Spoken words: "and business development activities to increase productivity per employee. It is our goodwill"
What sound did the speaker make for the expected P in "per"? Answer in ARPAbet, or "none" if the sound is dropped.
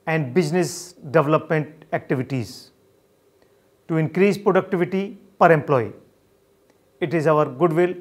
P